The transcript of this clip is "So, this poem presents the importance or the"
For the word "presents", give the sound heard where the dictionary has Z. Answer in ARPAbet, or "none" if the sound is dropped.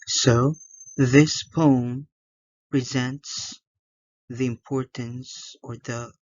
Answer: Z